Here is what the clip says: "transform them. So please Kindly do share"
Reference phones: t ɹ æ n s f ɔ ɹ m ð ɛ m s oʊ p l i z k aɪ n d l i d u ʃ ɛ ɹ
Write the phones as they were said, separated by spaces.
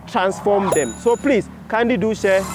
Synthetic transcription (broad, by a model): t ɹ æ n s f ɔ m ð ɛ m s oʊ p l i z k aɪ n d i d u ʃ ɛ